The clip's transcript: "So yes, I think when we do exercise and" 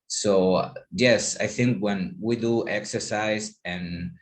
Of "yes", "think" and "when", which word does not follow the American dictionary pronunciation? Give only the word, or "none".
none